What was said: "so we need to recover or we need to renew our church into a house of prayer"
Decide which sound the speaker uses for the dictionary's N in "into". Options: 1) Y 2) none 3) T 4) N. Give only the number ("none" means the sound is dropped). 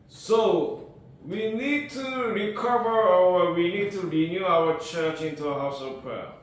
4